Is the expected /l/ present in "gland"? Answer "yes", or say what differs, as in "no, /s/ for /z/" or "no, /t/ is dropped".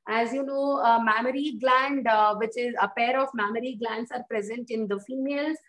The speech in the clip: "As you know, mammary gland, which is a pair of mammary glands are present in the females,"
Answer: yes